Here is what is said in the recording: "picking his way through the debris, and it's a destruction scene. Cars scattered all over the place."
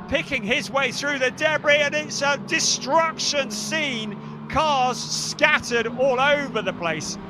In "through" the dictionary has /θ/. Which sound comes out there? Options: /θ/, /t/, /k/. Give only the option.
/θ/